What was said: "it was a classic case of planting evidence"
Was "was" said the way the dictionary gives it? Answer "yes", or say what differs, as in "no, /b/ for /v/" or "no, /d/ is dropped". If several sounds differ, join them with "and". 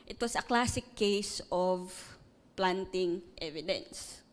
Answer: no, /s/ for /z/